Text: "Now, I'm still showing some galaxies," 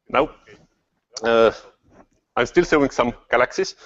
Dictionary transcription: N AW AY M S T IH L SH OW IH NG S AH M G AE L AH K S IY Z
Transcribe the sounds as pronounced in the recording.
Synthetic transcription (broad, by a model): N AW AY M S T IH L S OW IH NG S AH M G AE L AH K S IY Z